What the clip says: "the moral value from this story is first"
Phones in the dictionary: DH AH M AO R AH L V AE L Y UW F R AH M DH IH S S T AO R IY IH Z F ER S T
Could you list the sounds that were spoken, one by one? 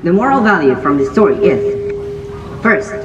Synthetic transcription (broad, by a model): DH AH M AO R L V AE L Y UW F R AH M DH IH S S T AO R IY IH Z F ER S T